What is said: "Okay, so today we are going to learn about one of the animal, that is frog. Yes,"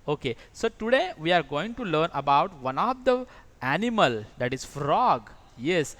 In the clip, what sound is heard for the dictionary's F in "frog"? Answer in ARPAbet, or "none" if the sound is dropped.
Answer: F